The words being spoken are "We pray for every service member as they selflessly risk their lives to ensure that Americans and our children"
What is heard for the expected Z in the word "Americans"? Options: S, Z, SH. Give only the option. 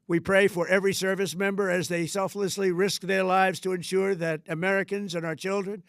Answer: Z